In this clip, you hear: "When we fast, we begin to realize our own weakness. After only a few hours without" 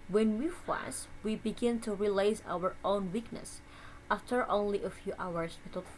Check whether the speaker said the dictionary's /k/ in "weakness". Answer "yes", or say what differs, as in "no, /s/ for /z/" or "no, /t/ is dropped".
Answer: yes